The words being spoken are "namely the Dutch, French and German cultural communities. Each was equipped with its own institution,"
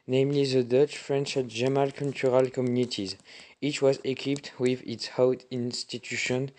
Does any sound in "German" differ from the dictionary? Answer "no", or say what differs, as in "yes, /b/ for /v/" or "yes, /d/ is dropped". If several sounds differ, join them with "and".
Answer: yes, /l/ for /n/